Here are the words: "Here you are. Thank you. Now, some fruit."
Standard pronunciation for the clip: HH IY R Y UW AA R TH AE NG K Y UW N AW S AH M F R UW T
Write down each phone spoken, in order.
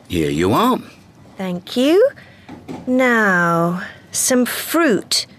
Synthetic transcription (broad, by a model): HH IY R Y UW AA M TH AE NG K Y UW N AW S AH M F R UW T